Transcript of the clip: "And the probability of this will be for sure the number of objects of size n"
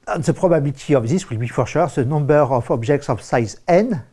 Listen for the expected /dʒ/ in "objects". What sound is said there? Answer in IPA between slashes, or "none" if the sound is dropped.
/ʒ/